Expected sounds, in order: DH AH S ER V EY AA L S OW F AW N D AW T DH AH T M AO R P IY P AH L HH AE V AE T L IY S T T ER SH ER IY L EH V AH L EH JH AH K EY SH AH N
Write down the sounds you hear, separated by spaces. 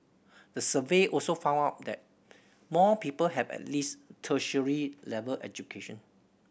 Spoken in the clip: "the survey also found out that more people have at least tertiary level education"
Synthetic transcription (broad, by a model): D AH S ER V EY AA L S OW F AW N AW T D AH T M AO P IY P AH L HH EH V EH T L IY S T T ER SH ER IY L EH V AH L EH JH AH K EY SH AH N